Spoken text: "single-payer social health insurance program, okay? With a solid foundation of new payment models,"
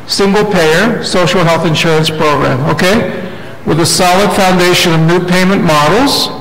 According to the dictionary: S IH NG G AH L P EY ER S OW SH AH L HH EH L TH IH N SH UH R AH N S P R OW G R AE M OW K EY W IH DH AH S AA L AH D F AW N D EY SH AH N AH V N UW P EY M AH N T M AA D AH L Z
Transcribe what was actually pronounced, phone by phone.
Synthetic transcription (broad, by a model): S IH NG G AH L P EY ER S OW SH L HH EH L TH IH N SH UH R AH N S P R OW G R AE M OW K EY W IH DH AH S AA L AH D F AW N D EY SH AH N AH V N UW P EY M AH N M AA D L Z